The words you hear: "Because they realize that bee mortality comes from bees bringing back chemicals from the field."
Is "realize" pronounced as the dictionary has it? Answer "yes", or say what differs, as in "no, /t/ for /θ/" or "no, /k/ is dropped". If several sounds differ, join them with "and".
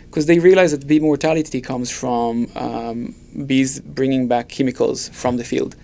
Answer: yes